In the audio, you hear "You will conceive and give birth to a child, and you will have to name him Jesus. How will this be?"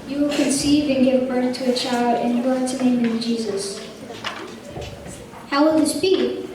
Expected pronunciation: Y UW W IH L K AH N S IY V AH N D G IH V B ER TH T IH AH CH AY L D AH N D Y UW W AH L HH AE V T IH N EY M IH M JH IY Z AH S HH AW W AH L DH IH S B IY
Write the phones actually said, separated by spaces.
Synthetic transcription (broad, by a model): Y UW W IH L K AH N S IY V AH N G IH V B ER TH T IH AH CH AY L D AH N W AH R T IH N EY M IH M JH IY Z AH S HH AW W AH L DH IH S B IY